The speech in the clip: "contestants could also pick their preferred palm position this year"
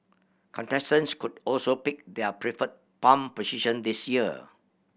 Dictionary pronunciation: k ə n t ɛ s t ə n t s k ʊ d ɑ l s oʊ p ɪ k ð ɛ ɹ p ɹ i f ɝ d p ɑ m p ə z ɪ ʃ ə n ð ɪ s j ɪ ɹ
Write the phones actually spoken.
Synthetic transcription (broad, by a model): k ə n t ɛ s t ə n s k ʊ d ɑ l s oʊ p ɪ k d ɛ p ɹ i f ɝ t p ɑ m p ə s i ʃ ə n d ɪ s j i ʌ